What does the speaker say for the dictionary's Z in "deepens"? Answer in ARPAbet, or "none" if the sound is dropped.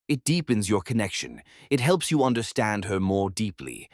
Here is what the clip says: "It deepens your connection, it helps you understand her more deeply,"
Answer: Z